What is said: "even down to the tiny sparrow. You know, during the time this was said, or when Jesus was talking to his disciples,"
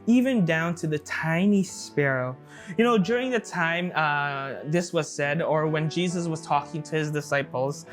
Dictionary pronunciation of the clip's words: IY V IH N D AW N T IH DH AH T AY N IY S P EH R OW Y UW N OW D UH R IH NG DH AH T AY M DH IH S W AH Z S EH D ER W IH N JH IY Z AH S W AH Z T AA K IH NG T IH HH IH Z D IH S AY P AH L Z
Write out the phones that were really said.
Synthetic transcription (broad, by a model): IY V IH N D AW N T IH DH AH T AY N IY S P EH R OW Y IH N OW D UH R IH NG DH AH T AY M DH IH S W AH Z S EH D ER W IH N JH IY Z AH S W AH Z T AA K IH NG T IH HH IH Z D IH S AY P L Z